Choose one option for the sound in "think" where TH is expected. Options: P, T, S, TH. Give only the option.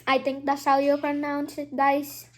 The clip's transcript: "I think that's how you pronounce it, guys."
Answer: T